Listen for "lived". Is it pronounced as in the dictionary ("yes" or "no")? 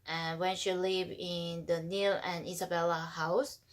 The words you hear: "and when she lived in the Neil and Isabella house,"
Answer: no